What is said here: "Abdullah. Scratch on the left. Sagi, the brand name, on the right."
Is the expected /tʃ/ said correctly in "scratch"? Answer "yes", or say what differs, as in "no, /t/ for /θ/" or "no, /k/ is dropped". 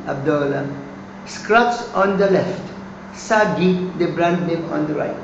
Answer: no, /s/ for /tʃ/